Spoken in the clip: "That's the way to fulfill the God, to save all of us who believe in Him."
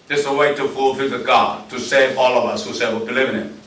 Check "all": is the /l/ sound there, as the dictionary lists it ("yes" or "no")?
yes